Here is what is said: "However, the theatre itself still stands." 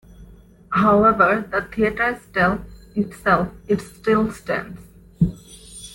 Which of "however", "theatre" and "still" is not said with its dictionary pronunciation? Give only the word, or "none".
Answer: theatre